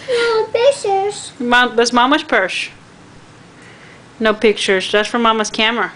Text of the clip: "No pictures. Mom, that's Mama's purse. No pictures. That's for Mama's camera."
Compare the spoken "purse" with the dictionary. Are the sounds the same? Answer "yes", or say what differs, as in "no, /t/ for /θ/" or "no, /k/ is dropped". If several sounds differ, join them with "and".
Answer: no, /ʃ/ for /s/